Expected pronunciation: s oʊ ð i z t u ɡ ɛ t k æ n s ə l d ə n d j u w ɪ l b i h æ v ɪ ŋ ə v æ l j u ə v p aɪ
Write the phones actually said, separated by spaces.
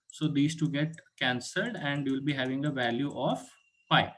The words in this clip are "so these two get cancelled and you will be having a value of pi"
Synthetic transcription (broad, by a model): s oʊ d i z t u ɡ ɛ t k æ n s ə l d ə n d j u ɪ l b i h æ v ɪ ŋ ə v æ l j u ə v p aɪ